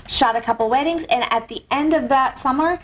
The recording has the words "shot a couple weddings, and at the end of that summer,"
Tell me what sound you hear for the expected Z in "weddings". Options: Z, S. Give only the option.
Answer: Z